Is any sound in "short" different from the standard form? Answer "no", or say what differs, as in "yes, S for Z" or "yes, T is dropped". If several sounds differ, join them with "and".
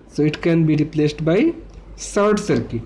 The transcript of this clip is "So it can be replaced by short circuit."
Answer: yes, S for SH